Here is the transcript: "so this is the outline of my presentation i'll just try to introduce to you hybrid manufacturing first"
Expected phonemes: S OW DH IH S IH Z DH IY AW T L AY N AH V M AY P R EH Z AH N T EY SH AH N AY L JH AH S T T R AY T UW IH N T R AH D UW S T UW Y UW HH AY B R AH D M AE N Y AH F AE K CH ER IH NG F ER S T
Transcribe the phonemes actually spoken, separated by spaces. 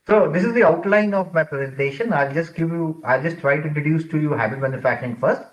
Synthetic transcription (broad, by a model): S OW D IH S IH Z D IY AW T L AY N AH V M AY P R EH Z AH N T EY SH AH N AY L JH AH S T T R AY T UW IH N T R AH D UW S T UW Y UW HH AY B AH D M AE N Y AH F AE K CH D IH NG F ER S T